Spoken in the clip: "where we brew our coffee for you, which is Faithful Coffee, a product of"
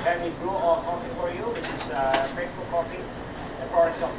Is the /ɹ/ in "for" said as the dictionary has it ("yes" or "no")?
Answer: yes